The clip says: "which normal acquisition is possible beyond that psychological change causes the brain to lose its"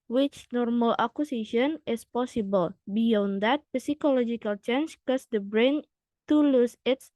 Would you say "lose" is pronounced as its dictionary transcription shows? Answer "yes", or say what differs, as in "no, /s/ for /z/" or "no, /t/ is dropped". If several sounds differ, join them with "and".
no, /s/ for /z/